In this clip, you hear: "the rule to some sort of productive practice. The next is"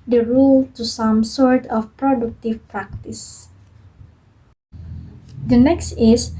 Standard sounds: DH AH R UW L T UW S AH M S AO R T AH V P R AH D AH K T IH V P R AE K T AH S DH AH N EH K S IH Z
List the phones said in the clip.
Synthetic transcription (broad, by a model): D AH R UW L T UW S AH M S AO R T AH F P R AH D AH K T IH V P R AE K T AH S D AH N EH K S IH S